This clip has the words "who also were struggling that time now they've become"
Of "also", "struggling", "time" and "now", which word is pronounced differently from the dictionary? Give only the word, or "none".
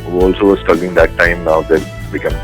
struggling